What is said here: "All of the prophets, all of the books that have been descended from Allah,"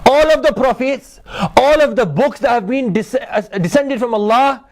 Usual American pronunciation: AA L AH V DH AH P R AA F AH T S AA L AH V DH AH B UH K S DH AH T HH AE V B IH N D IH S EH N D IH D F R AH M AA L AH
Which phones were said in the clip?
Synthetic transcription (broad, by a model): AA L AH V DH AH P R AA F AH T S AA L AH V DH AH B UH K S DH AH T HH AE V B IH N D IH S EH N D IH D F R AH M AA L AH